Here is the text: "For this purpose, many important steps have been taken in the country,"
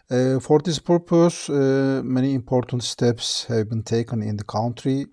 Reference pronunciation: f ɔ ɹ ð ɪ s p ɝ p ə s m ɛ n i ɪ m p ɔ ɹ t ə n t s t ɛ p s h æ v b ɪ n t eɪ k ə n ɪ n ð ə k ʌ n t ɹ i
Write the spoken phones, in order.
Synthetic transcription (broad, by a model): f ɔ ɹ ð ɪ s p ɝ p ə s m ɛ n i ɪ m p ɔ ɹ t ə n t s t ɛ p s h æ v b ɪ n t eɪ k ə n ɪ n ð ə k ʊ n t ɹ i